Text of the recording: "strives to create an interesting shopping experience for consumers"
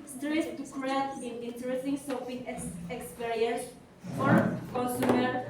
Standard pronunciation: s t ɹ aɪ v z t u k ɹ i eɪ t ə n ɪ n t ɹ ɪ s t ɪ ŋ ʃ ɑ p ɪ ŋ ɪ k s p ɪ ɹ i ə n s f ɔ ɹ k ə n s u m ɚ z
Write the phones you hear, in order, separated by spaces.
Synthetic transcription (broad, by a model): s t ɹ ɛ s t u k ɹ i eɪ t ə n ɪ n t ɹ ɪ s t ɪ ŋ s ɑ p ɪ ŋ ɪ k s p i ɹ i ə n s f ɔ ɹ k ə n s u m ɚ